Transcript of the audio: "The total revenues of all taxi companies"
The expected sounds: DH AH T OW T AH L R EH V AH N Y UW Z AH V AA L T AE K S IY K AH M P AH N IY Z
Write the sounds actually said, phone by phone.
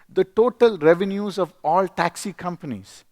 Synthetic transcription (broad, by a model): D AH T OW T AH L R EH V AH N Y UW Z AH V AA L T AE K S IY K AH M P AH N IY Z